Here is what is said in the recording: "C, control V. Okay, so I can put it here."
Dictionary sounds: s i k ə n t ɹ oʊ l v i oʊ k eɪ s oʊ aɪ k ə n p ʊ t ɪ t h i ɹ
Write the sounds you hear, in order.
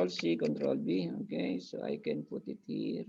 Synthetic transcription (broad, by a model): s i k ə n t ɹ oʊ l b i oʊ k eɪ s oʊ aɪ k ə n p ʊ t ɪ t h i ɹ